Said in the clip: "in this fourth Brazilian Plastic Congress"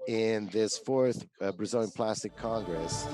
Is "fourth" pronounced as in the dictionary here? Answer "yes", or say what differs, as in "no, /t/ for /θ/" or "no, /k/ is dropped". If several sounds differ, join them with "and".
yes